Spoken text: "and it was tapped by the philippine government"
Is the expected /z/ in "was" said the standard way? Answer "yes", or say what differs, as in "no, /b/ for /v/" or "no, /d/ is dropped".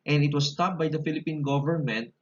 no, /s/ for /z/